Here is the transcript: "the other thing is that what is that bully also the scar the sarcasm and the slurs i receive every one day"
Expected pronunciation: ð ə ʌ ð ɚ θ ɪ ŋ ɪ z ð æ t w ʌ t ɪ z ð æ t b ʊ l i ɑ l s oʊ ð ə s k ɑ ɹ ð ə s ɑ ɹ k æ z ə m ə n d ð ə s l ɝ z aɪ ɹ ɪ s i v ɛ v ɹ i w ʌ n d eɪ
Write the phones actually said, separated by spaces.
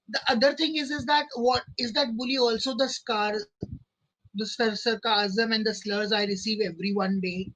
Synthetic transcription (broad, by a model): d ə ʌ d ɚ t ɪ ŋ ɪ z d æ t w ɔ t ɪ z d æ t b ʊ l i ɑ l s oʊ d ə s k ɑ ɹ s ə s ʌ ɹ k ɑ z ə m ə n d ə s l ɝ z aɪ ɹ ɪ s i v ɛ v ɹ i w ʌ n d eɪ